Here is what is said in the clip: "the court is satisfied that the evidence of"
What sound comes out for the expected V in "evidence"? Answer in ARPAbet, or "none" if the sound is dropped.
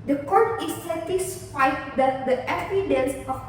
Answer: F